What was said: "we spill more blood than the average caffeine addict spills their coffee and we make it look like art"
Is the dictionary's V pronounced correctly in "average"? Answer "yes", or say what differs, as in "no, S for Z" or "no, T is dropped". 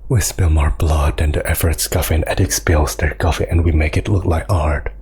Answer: no, F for V